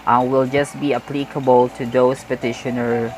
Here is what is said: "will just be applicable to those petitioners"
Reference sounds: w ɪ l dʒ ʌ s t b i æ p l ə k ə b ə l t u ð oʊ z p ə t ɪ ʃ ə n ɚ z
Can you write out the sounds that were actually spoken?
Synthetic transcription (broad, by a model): w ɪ l dʒ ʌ s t b i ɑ p l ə k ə b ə l t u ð oʊ s p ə t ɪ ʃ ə n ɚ